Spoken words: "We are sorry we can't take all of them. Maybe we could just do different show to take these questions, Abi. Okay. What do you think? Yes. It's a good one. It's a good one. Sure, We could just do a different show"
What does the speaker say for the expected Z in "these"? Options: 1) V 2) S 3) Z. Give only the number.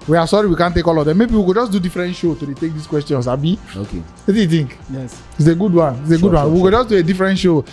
2